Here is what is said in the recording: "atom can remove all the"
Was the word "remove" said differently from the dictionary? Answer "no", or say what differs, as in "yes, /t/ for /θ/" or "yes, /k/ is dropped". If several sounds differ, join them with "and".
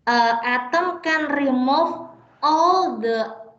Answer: yes, /f/ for /v/